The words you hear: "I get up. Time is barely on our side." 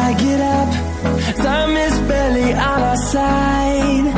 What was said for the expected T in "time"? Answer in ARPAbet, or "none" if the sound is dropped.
S